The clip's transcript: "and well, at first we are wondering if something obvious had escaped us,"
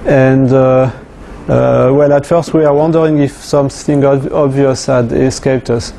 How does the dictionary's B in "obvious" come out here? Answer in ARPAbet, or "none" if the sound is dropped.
B